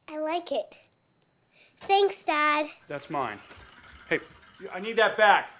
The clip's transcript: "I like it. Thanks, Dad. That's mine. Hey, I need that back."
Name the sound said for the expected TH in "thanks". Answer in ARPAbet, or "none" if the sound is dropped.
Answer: TH